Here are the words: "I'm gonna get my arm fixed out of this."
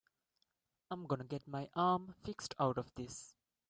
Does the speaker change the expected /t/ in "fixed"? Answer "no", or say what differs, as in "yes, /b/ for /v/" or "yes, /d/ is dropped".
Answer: no